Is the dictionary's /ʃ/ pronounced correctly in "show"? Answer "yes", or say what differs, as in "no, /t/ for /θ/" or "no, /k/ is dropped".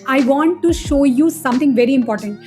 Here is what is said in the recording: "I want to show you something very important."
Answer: yes